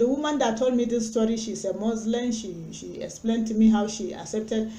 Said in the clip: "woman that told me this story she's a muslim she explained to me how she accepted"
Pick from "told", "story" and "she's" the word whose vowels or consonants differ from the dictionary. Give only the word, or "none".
she's